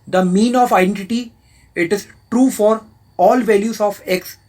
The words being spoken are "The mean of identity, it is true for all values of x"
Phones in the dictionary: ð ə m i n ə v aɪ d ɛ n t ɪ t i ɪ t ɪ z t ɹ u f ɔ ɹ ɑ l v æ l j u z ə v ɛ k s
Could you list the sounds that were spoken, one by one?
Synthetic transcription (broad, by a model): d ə m i n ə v aɪ d ɛ n t ɪ t i ɪ t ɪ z t ɹ u f ɔ ɹ ɑ l v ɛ l j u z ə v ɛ k s